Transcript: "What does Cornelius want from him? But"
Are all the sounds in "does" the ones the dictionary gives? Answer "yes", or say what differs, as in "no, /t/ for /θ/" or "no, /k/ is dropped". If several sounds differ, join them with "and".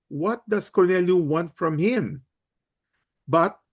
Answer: no, /s/ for /z/